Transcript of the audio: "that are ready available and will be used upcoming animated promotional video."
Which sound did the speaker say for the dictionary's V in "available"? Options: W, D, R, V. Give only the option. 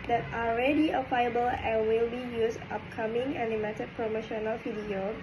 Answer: W